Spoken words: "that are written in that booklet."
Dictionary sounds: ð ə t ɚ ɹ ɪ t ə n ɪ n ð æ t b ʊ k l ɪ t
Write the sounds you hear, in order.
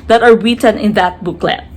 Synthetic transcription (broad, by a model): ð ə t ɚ w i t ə n ɪ n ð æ t b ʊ k l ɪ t